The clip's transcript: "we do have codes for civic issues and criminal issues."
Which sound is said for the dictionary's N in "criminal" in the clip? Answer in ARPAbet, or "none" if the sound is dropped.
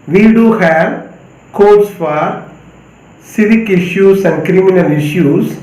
N